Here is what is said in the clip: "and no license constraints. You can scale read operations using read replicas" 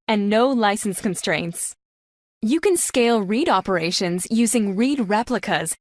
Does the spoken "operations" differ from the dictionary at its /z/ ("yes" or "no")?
no